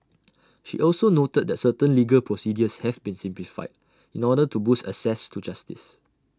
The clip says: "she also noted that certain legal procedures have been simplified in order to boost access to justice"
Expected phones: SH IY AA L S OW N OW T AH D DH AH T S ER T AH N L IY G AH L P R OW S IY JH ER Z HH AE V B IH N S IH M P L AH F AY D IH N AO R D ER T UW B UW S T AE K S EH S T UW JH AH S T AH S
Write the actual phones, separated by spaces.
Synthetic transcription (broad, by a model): SH IY AA L S OW N OW T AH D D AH T S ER T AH N L IY G AH L P R OW S IY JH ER S HH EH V B IH N S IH M P L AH F AY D IH N AO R D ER T UW B UW S T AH S EH S T UW JH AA S T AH S